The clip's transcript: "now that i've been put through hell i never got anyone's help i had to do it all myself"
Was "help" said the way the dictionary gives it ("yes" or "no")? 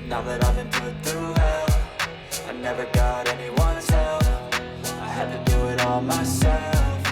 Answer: no